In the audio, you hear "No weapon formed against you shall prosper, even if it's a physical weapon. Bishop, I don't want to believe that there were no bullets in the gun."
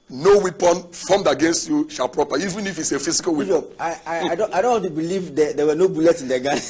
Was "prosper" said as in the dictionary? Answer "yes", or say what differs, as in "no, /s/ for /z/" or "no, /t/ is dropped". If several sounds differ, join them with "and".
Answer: no, /s/ is dropped